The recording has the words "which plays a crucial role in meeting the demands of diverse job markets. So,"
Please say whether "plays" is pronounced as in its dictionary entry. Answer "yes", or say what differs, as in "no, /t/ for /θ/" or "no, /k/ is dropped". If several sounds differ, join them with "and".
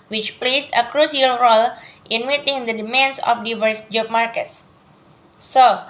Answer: no, /s/ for /z/